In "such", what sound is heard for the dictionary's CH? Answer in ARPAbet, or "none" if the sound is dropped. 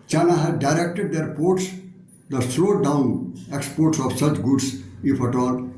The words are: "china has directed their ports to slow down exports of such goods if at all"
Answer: CH